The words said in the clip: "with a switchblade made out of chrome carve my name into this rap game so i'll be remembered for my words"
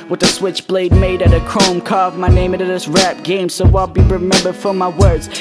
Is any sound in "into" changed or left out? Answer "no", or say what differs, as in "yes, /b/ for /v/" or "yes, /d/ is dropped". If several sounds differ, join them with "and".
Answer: yes, /n/ is dropped